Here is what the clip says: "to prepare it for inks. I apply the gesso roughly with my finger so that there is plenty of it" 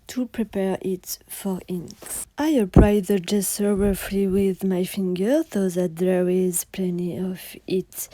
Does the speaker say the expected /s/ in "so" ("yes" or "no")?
no